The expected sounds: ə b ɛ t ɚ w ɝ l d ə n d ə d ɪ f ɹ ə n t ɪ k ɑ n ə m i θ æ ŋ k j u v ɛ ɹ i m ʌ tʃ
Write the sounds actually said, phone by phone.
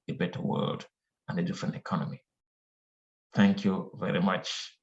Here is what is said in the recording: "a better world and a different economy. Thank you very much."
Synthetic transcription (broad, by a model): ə b ɛ t ɚ w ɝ l d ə n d ə d ɪ f ɹ ə n t ɪ k ɑ n ə m i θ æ ŋ k j u v ɛ ɹ i m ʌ tʃ